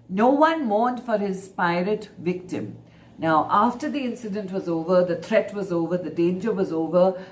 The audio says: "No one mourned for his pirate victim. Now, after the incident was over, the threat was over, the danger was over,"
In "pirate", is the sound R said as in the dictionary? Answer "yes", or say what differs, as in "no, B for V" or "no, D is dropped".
yes